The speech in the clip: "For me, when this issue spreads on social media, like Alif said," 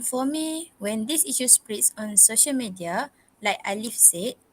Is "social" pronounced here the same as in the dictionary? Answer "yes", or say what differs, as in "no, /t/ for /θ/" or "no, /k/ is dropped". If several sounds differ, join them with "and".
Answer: yes